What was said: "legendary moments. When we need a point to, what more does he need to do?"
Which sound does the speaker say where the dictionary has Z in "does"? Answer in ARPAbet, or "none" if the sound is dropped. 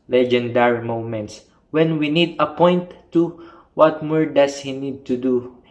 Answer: S